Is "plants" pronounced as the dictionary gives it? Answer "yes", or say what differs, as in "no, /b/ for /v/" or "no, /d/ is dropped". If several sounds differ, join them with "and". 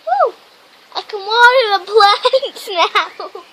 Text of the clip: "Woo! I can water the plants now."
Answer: no, /b/ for /p/ and /n/ is dropped